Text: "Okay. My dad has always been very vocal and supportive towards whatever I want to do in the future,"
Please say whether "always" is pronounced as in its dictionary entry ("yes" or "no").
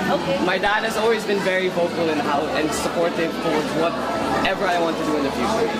yes